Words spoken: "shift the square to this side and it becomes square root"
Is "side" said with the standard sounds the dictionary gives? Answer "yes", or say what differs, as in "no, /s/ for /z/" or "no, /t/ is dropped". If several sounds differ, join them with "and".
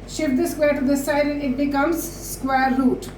no, /d/ is dropped